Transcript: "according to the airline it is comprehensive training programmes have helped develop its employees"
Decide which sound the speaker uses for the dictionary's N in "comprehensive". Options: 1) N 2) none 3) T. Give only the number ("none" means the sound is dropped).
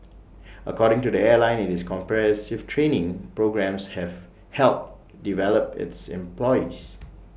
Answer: 2